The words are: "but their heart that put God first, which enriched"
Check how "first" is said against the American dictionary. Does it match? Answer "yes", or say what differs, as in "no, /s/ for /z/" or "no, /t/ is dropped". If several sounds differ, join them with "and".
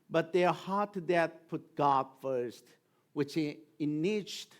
yes